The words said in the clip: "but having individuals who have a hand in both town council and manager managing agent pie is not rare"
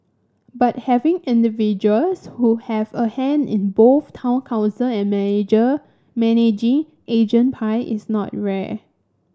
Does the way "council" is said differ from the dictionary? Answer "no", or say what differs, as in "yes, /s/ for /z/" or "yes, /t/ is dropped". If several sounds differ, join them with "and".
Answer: no